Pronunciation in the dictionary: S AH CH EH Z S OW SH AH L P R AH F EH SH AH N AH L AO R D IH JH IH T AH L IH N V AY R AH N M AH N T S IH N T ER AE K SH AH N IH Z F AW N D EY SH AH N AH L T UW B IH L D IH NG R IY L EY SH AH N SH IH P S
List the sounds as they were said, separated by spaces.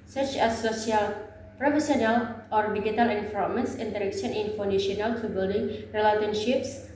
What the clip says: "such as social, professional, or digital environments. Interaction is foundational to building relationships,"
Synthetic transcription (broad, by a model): S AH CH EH S OW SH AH L P R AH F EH S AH N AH L AO R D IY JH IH T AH L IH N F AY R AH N M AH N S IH N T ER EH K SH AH N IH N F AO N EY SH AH N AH L T UW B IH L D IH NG R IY L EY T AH N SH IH P S